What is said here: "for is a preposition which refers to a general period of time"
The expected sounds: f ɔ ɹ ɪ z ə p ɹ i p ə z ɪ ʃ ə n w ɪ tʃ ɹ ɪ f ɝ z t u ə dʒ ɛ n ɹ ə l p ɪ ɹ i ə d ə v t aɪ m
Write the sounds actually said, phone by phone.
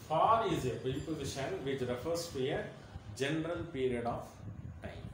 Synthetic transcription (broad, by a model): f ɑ ɹ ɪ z ə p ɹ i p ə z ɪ ʃ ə n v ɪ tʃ ɹ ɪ f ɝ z t u ə dʒ ɛ n ɹ ə l p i ɹ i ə d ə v t aɪ m